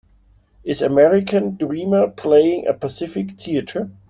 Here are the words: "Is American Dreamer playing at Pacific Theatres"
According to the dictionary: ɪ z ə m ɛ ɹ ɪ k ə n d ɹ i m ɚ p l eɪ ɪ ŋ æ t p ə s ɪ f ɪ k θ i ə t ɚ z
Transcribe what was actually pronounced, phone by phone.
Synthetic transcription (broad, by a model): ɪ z ə m ɛ ɹ ɪ k ə n d ɹ i m ɚ p l eɪ ɪ ŋ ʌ p ə s ɪ f ɪ k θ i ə t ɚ